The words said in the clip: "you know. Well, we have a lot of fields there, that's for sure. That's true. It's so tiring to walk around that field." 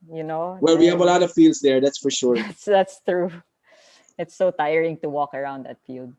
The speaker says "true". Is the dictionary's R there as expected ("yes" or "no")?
yes